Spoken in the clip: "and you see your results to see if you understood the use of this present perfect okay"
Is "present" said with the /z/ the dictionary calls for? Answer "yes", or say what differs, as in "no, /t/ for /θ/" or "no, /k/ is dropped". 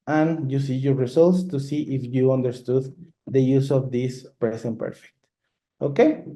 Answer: no, /s/ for /z/